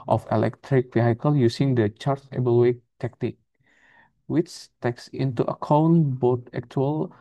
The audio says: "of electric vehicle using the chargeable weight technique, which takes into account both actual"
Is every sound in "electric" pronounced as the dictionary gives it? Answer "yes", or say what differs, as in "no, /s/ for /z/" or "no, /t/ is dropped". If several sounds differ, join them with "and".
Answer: yes